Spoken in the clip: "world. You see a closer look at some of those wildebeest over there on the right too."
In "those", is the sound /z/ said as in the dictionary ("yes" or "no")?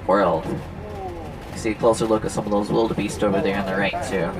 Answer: yes